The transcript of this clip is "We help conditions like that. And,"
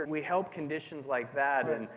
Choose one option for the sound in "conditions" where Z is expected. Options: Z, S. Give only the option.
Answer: Z